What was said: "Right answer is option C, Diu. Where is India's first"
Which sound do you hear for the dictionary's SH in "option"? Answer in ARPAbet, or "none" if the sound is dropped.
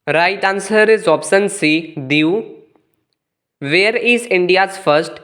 S